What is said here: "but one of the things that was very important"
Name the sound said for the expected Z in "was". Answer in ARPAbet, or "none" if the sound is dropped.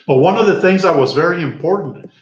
Z